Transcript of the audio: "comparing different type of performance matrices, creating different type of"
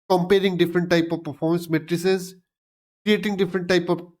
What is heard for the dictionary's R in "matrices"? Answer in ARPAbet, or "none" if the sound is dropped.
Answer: R